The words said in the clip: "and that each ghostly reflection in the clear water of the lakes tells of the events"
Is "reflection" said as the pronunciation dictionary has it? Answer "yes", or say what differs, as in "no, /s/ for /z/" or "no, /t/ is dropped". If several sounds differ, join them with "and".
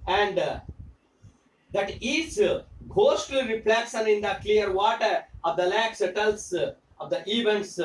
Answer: no, /s/ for /ʃ/